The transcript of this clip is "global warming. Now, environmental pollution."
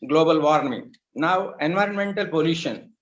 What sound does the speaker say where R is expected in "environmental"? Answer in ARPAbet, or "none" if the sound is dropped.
R